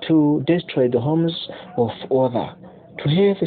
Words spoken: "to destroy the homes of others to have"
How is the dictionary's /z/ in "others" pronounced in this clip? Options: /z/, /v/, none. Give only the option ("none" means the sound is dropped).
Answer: none